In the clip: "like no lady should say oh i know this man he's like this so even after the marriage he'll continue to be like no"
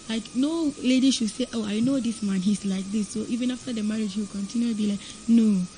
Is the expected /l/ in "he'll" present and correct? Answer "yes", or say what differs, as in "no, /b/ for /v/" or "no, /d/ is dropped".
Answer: no, /w/ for /l/